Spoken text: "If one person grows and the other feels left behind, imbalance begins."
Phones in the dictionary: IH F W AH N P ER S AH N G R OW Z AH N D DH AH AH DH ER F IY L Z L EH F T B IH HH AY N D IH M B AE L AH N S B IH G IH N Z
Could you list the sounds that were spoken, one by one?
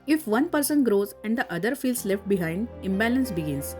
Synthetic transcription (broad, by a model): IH F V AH N P ER S AH N G R OW Z AH N D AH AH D ER F IY L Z L EH F T B IH HH AY N D IH M B AE L AH N S B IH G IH N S